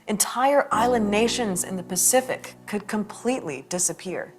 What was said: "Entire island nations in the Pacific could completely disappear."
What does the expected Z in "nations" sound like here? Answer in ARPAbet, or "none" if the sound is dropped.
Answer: Z